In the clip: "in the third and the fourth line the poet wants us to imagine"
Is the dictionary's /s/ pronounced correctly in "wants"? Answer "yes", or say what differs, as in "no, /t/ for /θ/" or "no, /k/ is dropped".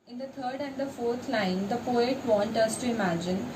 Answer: no, /s/ is dropped